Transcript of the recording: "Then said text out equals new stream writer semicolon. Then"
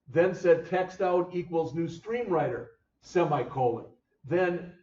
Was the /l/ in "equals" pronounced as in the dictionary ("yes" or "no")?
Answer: yes